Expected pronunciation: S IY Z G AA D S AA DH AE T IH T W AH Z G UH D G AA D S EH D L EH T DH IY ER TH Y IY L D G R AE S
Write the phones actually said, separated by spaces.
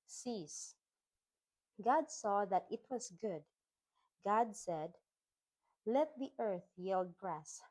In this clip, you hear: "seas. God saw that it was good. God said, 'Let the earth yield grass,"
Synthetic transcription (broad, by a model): S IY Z G AA D S AA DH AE T IH T W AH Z G UH D G AA D S EH D L EH T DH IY ER TH Y IY L D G R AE S